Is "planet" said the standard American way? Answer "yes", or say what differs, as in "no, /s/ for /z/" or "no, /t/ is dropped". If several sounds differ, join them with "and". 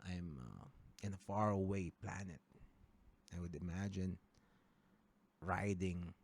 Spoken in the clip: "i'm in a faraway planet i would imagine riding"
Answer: yes